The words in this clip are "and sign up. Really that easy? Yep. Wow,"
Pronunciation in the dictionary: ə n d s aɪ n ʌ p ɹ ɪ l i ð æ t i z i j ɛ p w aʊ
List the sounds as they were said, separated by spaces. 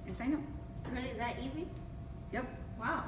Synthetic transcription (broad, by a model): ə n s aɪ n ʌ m ɹ ɪ l i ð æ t i z i j ɛ p w aʊ